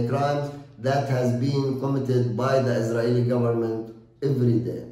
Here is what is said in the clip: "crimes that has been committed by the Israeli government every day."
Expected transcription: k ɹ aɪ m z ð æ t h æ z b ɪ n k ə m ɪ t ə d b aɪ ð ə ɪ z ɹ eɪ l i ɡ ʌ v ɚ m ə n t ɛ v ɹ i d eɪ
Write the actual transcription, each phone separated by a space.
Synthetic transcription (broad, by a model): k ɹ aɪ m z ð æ t h æ z b ɪ n k ə m ɪ t ə d b aɪ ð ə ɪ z ɹ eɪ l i ɡ ʌ v ɚ m ə n t ɛ v ɹ i d eɪ